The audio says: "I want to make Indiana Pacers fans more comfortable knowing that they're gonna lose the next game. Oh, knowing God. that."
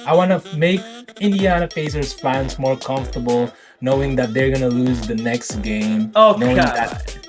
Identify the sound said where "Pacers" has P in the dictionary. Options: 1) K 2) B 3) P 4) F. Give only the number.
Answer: 4